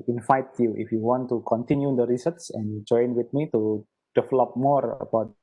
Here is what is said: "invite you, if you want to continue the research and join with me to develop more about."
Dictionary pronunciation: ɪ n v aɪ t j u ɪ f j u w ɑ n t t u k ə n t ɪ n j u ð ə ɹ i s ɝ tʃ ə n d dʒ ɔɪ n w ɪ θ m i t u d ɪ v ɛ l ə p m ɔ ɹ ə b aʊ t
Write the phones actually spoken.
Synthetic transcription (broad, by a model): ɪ n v aɪ t j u ɪ f j u w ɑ n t t u k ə n t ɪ n j u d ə ɹ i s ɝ s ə n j dʒ ɔɪ n w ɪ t m i t u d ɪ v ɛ l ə p m ɔ ɹ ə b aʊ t